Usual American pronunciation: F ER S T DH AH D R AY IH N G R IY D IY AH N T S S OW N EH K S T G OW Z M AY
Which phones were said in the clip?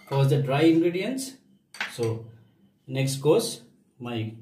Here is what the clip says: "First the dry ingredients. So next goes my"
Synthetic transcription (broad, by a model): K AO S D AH D R AY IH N G R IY D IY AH N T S S OW N EH K S T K OW S M AY